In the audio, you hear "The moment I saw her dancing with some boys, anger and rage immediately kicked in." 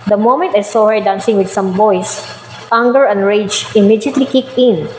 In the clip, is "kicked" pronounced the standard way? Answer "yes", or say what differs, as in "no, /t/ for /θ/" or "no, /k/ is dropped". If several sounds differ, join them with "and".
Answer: no, /t/ is dropped